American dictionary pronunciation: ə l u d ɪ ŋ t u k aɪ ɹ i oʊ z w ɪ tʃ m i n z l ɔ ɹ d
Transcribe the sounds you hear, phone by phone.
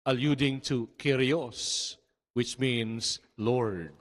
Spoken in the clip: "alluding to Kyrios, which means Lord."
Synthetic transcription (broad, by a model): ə l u d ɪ ŋ t u k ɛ ɹ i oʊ s w ɪ tʃ m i n s l ɔ ɹ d